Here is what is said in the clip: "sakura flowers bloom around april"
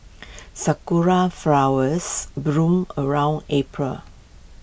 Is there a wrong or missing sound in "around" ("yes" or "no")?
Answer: no